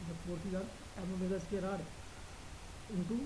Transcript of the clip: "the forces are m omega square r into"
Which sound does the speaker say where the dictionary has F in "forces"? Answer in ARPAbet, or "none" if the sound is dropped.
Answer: P